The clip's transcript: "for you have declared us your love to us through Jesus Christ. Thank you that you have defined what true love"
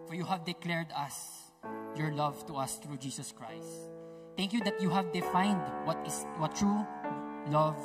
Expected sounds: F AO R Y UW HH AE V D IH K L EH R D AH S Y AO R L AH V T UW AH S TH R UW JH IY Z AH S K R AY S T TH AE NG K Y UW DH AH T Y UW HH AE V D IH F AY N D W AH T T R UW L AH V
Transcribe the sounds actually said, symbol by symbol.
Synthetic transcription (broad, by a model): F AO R Y UW HH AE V D IH K L EH R D AH S Y AO R L AH V T UW AH S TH R UW JH IY S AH S K R AY S T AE NG K Y UW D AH T Y UW HH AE V D IH F AY N D W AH T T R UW L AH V